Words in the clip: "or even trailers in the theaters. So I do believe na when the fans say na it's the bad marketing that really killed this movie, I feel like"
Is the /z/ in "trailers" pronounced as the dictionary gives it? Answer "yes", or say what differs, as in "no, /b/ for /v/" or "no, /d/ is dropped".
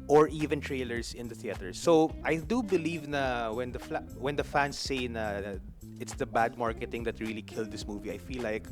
no, /s/ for /z/